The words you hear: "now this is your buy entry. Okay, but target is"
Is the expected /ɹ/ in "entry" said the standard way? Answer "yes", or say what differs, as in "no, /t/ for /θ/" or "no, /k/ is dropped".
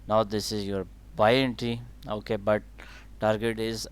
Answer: no, /ɹ/ is dropped